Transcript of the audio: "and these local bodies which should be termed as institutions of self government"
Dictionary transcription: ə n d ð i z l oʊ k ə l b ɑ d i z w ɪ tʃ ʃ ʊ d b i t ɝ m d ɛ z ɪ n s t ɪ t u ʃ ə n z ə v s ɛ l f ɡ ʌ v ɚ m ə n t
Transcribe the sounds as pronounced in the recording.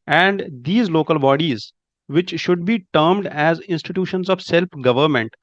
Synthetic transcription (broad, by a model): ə n d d i z l oʊ k ə l b ɑ d i z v ɪ tʃ ʃ ʊ d b i t ɝ m d ɛ z ɪ n s t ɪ t u ʃ ə n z ə v s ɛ l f ɡ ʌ v ɚ m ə n t